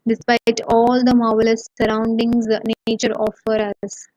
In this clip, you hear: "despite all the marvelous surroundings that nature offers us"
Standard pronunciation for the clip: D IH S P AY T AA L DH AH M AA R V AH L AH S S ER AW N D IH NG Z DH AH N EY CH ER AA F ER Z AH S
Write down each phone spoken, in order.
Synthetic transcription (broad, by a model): D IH S P AY T AA L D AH M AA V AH L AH S S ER AW N D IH NG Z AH N EY CH ER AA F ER AH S